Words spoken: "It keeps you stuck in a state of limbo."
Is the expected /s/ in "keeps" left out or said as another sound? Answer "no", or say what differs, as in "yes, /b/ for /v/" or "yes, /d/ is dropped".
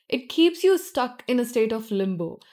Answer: no